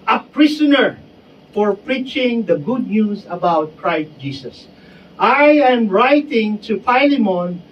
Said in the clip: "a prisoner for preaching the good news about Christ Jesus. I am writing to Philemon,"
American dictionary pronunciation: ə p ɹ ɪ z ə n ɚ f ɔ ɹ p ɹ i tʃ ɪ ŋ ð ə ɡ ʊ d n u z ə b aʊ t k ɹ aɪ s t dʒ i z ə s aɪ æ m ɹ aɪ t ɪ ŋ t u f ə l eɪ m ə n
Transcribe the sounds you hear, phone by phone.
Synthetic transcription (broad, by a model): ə p ɹ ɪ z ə n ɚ f ɔ ɹ p ɹ i tʃ ɪ ŋ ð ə ɡ ʊ d n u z ə b aʊ t k ɹ aɪ s t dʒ i s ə s aɪ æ m ɹ aɪ t ɪ ŋ t u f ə l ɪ m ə n